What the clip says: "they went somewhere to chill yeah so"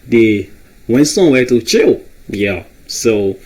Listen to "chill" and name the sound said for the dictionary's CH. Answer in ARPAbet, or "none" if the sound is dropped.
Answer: CH